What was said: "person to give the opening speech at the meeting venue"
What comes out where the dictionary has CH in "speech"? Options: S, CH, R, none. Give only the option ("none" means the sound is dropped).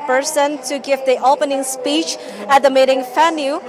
CH